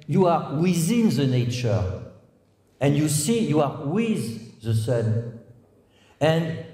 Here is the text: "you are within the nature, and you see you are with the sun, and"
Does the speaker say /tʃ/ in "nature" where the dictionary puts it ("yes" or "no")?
yes